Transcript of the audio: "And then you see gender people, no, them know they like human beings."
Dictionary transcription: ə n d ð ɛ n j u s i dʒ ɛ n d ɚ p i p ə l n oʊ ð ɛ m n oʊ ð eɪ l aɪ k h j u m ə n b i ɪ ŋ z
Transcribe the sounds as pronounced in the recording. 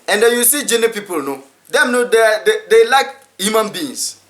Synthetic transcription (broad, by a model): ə n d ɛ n j u s i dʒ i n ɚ p i p ə l n oʊ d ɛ m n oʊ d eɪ l aɪ k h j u m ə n b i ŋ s